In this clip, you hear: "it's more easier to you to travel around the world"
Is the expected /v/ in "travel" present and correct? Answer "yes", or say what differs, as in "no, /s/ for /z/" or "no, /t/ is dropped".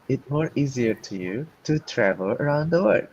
yes